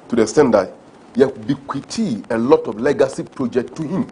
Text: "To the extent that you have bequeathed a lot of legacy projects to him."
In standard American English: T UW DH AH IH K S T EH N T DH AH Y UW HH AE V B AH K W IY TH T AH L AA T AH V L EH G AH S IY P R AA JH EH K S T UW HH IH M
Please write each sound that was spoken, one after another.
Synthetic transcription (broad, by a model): T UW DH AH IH S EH N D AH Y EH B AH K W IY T AH L AA T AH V L EH G AH S IY P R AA JH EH K T UW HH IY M